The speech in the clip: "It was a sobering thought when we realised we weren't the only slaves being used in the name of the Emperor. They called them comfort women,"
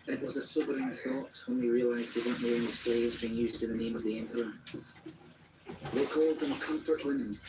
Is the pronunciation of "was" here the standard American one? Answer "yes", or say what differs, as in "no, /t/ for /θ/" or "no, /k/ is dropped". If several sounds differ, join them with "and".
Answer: yes